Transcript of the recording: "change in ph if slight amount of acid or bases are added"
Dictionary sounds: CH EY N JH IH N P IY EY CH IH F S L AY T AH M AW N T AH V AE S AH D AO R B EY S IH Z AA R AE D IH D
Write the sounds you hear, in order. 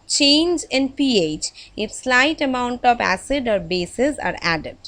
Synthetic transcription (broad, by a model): CH EY N JH IH N P IY EY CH IH F S L AY T AH M AW N T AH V AE S AH D AO R B EY S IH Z AA R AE D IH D